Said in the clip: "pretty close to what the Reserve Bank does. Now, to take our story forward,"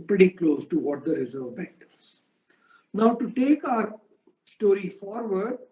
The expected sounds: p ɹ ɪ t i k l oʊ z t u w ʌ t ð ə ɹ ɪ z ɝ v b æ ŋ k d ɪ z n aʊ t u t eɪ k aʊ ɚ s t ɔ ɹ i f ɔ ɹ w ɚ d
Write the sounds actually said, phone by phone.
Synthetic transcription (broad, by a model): p ɹ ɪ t i k l oʊ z t u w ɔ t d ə ɹ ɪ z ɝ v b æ k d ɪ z n aʊ t u t eɪ k aʊ ɚ s t ɔ ɹ i f ɔ ɹ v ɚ d